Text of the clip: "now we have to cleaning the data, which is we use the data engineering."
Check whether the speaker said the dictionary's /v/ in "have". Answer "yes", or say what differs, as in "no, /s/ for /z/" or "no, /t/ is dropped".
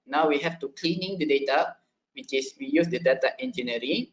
no, /f/ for /v/